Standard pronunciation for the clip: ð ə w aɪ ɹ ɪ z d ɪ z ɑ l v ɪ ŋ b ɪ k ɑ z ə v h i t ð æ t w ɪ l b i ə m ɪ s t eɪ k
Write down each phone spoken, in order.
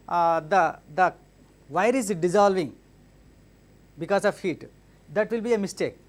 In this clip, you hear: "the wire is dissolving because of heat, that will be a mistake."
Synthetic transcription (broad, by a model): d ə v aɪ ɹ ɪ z d ɪ z ɑ l v ɪ ŋ b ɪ k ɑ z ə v h i t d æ t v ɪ l b i ə m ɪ s t eɪ k